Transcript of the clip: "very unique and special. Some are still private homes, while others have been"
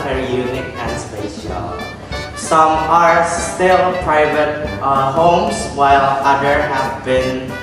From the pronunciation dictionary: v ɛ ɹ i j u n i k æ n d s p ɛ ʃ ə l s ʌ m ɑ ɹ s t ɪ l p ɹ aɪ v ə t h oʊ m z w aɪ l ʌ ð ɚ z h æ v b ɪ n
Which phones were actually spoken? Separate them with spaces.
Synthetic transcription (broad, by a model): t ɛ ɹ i j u n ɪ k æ n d s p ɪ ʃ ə l s ʌ m ɑ ɹ s t ɪ l p ɹ aɪ v ə t h oʊ m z w aɪ l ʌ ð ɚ h æ v b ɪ n